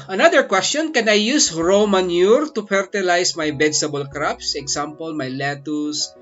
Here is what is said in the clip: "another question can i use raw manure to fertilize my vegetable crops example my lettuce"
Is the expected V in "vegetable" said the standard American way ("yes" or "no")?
no